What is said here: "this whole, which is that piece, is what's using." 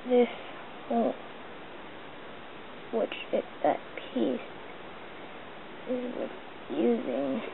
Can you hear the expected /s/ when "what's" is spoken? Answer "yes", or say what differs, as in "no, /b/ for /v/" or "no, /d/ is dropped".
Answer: no, /s/ is dropped